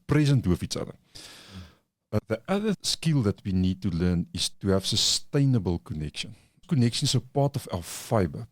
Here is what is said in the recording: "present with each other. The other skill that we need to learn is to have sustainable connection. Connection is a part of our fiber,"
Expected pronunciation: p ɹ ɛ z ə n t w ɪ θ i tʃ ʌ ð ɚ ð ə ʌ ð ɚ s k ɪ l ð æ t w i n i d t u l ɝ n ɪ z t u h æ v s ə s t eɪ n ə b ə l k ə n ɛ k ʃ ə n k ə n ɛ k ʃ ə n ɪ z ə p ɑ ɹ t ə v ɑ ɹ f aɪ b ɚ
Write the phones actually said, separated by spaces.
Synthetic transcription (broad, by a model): p ɹ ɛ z ə n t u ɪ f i s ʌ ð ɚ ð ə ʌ ð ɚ s k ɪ l ð æ t w i n i d t u l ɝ n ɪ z t u h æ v s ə s t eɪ n ə b ə l k ə n ɛ k ʃ ə n k ə n ɛ k ʃ ə n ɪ s ə p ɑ t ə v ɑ f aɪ b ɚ